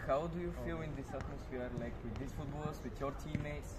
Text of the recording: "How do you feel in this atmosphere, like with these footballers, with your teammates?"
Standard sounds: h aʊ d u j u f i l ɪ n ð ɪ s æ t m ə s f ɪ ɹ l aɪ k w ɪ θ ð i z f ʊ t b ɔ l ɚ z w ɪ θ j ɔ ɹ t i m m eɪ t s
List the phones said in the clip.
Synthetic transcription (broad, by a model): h aʊ d u j u f i l ɪ n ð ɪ s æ t m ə s f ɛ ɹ l aɪ k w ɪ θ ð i s f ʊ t b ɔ l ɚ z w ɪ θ j ɔ ɹ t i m m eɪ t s